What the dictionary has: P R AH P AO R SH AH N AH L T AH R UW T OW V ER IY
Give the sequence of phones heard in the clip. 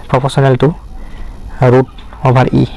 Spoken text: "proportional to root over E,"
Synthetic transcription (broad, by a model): P R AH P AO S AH N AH L T AH R UW T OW B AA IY